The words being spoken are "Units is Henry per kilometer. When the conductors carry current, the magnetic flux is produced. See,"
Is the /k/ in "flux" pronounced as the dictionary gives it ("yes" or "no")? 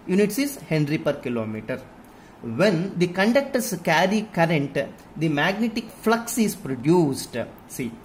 yes